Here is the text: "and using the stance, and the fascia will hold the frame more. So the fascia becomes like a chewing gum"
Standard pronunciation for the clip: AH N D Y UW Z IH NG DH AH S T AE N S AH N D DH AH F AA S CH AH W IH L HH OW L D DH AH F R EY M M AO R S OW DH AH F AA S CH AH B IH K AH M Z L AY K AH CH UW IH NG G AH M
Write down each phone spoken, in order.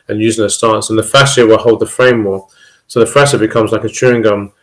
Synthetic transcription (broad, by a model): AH N Y UW Z IH NG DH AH S T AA N S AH N DH AH F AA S AH W IH L HH OW L D DH AH F R EY M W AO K S OW DH AH F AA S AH B IH K AH M Z L AY K AH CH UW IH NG G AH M